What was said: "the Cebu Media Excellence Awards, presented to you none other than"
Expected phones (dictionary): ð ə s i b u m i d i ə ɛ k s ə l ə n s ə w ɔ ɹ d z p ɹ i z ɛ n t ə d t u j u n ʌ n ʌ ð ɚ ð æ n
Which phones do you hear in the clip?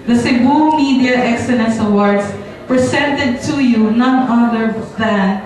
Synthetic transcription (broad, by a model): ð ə s i b u m i d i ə ɛ k s ə l ə n s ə w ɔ ɹ d s p ɹ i s ɛ n t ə d t u j u n ʌ n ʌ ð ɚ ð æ n